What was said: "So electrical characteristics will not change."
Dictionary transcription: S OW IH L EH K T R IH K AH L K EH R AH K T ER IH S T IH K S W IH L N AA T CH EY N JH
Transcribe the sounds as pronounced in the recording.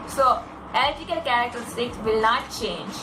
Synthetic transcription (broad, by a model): S OW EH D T IH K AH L K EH R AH K T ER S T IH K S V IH L N AA T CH EY N JH